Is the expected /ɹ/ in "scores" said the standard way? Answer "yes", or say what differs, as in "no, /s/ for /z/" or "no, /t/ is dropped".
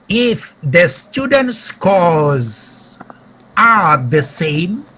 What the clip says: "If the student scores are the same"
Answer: no, /l/ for /ɹ/